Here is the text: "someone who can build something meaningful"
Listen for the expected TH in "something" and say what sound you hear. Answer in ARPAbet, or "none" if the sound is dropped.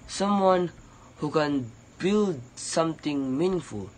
T